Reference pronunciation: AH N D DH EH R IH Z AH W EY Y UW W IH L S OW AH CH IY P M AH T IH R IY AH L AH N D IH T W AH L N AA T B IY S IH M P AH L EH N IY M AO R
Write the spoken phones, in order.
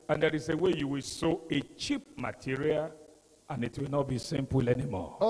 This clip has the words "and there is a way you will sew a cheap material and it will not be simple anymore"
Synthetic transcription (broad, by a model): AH N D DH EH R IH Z AH W EY Y UW W IH L S OW AH CH IY P M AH T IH R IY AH L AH N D IH T W AH L N AA T B IY S IH M P AH L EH N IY M AO